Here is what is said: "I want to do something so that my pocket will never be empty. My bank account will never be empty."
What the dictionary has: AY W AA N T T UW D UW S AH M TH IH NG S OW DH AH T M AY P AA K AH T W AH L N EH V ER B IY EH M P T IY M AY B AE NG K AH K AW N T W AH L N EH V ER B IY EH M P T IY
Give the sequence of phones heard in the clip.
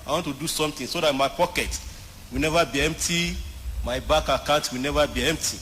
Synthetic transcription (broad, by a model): AY W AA N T T UW D UW S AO M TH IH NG S OW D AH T M AY P AA K AH T W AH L N EH V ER B IY EH M P T IY M AY B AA K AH K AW T W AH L N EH V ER B IY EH M P T IY